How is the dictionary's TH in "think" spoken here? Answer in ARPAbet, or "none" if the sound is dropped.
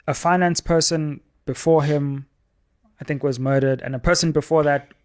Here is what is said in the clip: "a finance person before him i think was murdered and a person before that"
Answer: TH